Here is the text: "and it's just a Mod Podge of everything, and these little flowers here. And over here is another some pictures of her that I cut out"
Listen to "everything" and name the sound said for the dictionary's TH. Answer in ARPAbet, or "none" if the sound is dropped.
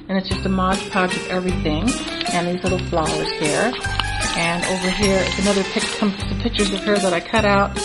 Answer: TH